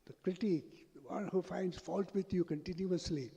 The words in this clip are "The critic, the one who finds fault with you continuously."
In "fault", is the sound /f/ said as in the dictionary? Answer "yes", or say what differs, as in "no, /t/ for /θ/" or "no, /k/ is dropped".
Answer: yes